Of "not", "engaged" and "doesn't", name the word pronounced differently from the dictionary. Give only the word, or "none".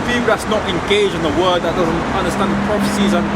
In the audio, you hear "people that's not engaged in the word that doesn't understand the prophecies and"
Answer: engaged